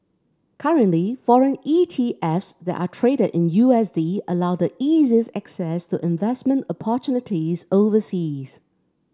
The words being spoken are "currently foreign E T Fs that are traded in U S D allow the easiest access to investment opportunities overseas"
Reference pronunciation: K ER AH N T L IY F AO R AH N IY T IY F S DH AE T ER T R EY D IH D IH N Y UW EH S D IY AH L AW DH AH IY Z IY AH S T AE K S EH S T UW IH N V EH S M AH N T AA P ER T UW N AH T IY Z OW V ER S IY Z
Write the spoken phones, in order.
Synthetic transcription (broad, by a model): K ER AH N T L IY F AO R AH N IY T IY F S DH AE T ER T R EY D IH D IH N Y UW EH S D IY AH L AW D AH IY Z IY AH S AE K S EH S T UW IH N V EH S M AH N T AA P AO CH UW N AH T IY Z OW V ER S IY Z